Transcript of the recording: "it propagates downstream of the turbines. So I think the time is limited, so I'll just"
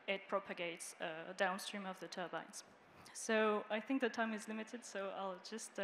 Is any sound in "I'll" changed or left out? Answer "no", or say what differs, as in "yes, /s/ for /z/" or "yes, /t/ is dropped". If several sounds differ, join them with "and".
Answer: no